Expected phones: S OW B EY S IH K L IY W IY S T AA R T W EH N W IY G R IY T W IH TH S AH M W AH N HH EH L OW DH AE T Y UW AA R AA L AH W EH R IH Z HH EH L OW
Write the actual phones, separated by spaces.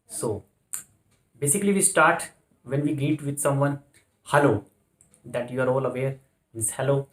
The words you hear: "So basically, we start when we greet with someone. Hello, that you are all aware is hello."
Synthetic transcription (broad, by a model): S OW B EY S IH K L IY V IY S T AA R T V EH N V IY G IY T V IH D S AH M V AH N HH EH L OW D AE T Y UW AA R AA L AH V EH R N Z HH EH L OW